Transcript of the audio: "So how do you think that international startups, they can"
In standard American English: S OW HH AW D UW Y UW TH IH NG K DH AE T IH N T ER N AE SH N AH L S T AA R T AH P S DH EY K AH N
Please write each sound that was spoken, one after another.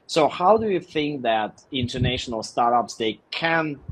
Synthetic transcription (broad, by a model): S OW HH AW D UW Y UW TH IH NG K DH AE T IH N T ER N AE SH N AH L S T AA R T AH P S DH EY K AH N